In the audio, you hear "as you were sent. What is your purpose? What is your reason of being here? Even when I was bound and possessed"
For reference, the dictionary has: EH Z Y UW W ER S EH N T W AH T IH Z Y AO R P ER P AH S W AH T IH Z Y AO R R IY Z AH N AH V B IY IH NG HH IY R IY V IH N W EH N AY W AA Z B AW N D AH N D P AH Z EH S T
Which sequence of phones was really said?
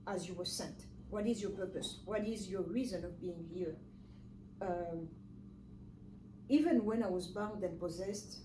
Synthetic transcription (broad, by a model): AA Z Y UW W ER S EH N T W AH T IH Z Y AO R P ER P AH S W AH T IH Z Y AO R R IY Z AH N AH V B IY IH NG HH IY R IY V IH N W EH N AY W AA Z B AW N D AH N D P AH Z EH S T